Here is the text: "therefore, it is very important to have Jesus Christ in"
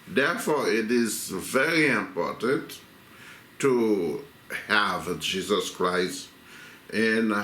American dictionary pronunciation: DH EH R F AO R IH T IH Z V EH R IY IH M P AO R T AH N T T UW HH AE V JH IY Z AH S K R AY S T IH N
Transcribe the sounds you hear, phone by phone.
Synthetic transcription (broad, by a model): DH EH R F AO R IH T IH Z V EH R IY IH M P AO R T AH N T T UW HH AE V JH IY Z AH S K R AY S T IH N